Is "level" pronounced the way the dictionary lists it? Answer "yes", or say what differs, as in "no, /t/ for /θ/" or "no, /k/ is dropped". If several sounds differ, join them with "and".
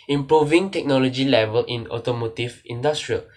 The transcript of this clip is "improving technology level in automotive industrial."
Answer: yes